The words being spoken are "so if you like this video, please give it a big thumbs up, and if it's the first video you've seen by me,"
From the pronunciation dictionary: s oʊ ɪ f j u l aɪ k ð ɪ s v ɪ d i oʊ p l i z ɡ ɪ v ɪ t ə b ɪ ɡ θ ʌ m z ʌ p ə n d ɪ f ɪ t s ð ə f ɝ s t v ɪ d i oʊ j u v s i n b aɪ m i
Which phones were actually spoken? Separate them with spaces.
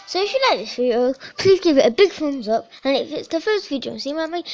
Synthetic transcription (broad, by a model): s oʊ ɪ f j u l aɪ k ð ɪ s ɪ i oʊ p l i z ɡ ɪ v ɪ t ə b ɪ ɡ f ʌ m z ʌ p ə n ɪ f ɪ t s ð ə f ɝ s t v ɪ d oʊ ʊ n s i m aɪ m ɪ